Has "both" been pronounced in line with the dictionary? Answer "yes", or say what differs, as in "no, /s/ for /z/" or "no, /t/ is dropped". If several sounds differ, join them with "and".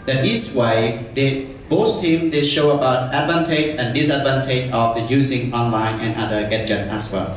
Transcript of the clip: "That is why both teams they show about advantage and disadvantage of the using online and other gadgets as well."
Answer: no, /s/ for /θ/